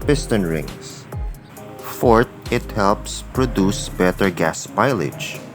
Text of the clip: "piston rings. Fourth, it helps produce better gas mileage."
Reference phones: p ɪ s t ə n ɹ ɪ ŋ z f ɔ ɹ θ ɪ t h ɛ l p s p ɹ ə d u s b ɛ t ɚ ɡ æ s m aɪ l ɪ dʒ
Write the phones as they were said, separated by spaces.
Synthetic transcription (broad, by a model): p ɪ s t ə n ɹ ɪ ŋ s f ɔ ɹ t ɪ t h ɛ l p s p ɹ ə d u s b ɛ t ɚ ɡ æ s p aɪ l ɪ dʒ